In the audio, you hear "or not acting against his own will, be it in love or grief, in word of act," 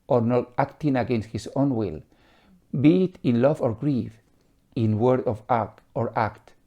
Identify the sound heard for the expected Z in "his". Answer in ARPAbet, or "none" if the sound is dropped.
S